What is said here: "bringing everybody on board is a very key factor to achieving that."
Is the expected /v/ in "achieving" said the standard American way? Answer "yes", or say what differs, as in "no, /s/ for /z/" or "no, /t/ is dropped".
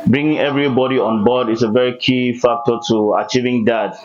yes